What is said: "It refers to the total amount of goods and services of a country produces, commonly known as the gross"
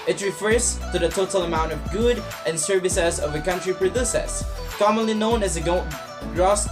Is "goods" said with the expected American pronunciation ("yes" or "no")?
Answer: no